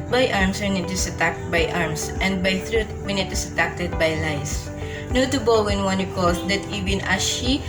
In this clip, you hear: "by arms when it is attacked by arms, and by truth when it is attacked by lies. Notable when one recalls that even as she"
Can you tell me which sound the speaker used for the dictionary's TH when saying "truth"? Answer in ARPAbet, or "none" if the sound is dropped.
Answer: T